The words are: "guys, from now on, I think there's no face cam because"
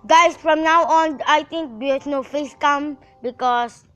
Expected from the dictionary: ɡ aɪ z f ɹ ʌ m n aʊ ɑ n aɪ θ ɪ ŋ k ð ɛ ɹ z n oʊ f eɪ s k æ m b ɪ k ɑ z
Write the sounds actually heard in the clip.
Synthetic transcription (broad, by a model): ɡ aɪ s f ɹ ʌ m n aʊ ɑ n aɪ t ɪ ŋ k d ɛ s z n oʊ f eɪ s k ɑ m b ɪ k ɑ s